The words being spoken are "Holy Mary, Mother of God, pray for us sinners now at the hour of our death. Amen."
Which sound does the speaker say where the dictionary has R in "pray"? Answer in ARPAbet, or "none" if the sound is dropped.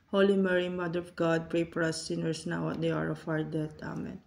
R